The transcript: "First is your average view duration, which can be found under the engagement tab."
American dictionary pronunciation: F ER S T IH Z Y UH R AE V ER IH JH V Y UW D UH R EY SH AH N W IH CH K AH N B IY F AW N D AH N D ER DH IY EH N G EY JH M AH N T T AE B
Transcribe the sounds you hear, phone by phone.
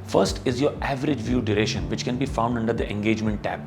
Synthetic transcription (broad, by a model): F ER S T IH Z Y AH R AE V ER IH JH V Y UW D UH R EY SH AH N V IH CH K AH N B IY F AW N D AH N D ER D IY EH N G EY JH M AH N T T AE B